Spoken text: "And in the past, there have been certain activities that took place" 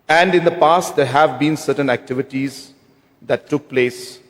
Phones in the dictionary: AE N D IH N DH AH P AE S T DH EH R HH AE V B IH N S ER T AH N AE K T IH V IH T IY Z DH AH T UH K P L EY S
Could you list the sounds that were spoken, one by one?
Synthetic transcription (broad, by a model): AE N D IH N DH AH P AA S T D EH R HH AE V B IH N S ER T AH N AE K T IH V IH T IY Z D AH T UH K P L EY S